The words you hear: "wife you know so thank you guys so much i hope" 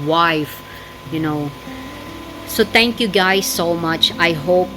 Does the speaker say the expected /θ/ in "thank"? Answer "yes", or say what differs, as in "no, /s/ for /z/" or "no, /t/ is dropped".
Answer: no, /t/ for /θ/